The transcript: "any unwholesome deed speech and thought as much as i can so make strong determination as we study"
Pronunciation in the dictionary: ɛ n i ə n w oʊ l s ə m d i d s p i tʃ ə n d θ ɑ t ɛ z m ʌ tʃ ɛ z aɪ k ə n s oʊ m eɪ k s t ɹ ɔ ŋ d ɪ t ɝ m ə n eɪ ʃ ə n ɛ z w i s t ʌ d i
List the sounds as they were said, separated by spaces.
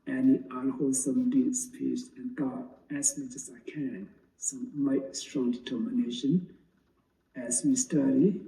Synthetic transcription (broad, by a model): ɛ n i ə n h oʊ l s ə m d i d s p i s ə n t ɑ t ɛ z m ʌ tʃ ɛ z aɪ k ə n s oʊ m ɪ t s t ɹ ɔ ŋ d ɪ t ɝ m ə n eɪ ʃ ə n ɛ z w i s t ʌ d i